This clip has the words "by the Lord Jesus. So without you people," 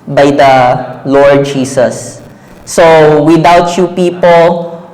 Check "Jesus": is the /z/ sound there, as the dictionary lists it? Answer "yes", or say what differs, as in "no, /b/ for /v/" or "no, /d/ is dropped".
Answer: no, /s/ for /z/